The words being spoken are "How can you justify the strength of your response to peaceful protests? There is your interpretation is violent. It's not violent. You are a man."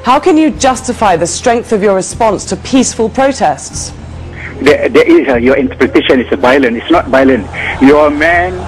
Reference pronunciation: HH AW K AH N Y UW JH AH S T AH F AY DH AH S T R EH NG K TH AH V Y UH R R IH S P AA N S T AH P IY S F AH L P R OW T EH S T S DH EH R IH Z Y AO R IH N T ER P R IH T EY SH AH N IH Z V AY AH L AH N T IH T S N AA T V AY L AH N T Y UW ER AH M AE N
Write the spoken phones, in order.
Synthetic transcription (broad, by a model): HH AW K AH N Y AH JH AH S T AH F AY DH AH S T R EH NG K TH AH V Y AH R R IH S P AA N S T AH P IY S F AH L P R OW T EH S T S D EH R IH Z Y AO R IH N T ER P R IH T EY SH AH N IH S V AY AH L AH N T IH T S N AA T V AY L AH N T Y AH M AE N